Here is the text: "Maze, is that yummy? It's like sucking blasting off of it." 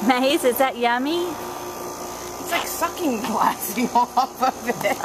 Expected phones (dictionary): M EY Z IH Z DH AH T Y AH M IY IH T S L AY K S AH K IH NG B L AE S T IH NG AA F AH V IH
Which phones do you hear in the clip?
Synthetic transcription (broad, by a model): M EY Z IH S DH AH T Y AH M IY IH T S L AY K S AH K IH NG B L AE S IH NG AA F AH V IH